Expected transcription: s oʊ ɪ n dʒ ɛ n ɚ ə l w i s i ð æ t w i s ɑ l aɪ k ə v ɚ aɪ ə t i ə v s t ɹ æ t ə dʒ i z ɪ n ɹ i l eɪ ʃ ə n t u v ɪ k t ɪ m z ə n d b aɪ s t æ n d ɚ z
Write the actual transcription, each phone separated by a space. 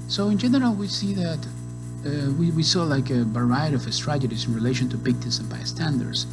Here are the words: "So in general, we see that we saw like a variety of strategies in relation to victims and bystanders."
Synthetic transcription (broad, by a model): s oʊ ɪ n dʒ ɛ n ɚ ə l w i s i ð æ t w i s ɑ l aɪ k ə b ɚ aɪ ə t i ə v s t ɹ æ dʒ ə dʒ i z ɪ n ɹ i l eɪ ʃ ə n t u p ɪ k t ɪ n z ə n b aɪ s t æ n d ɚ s